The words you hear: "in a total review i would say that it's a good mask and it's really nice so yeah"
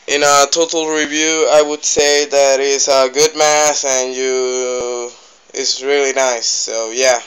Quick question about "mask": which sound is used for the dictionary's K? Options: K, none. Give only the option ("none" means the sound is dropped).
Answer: none